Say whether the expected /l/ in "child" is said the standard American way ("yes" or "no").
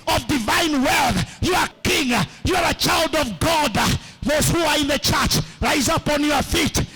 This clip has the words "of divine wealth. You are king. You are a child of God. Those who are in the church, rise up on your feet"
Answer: yes